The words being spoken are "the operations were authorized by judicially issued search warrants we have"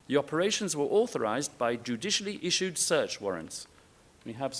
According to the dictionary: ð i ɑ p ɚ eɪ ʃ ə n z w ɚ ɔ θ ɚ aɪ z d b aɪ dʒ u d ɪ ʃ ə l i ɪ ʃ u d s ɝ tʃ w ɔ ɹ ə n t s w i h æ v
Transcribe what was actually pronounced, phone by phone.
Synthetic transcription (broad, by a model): ð i ɑ p ɚ eɪ ʃ ə n z w ɚ ɔ θ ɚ aɪ z b aɪ dʒ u d ɪ ʃ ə l i ɪ ʃ u d s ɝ tʃ w ɔ ɹ ə n t s w i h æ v